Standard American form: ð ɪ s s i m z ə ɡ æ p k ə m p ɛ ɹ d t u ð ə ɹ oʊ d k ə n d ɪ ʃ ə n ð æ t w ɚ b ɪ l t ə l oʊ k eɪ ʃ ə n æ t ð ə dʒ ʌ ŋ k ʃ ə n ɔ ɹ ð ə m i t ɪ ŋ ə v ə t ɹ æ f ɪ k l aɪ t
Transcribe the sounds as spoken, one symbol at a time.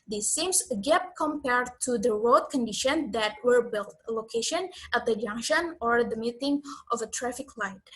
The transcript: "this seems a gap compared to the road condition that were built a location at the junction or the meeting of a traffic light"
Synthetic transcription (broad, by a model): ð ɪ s s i m s ə ɡ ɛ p k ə m p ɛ ɹ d t u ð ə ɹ oʊ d k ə n d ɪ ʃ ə n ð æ t w ɚ b ɪ l t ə l oʊ k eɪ ʃ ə n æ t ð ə dʒ ʌ ŋ k ʃ ə n ɔ ɹ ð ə m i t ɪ ŋ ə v ə t ɹ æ f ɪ k l aɪ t